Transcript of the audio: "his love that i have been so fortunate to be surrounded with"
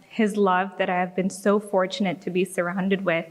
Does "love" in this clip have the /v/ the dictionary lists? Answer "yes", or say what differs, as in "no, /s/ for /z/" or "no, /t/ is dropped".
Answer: yes